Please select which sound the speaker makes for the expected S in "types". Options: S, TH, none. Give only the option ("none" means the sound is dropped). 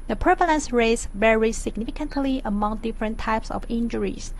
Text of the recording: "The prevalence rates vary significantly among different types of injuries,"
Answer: S